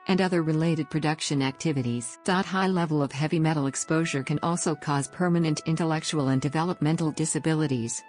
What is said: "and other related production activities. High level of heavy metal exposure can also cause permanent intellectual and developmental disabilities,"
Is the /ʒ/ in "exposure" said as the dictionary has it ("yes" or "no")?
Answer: yes